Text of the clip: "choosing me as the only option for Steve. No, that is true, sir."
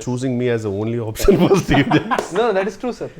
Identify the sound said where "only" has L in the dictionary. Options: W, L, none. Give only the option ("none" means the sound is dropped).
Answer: L